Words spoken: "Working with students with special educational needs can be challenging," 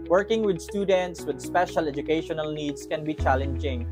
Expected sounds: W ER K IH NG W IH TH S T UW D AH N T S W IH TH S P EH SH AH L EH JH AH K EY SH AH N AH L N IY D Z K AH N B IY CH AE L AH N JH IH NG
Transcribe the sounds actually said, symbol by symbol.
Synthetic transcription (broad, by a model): W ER K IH NG W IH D S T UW D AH N T S W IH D S P EH SH AH L EH JH AH K EY SH AH N AH L N IY D S K AH N B IY CH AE L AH N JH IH NG